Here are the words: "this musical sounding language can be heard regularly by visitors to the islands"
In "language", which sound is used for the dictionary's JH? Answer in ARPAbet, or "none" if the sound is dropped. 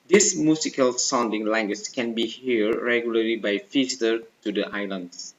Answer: CH